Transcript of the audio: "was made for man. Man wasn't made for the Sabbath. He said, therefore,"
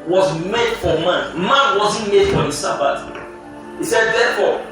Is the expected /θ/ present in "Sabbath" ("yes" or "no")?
no